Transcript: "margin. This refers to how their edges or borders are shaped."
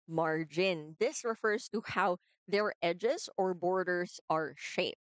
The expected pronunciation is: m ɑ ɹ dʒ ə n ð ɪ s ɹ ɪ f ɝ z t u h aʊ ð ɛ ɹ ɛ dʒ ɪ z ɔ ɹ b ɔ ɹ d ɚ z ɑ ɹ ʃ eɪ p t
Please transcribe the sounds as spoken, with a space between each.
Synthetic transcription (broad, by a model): m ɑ ɹ dʒ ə n ð ɪ s ɹ ɪ f ɝ z t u h aʊ ð ɛ ɹ ɛ dʒ ɪ z ɔ ɹ b ɔ ɹ d ɚ z ɑ ɹ ʃ eɪ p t